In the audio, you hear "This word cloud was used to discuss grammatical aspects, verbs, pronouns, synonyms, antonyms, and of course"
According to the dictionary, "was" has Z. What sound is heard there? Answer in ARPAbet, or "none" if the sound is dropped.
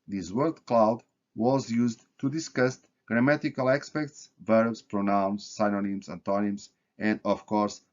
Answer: Z